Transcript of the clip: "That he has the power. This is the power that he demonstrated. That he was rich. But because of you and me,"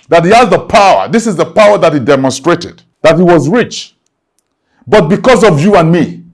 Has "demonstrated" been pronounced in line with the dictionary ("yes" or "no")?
yes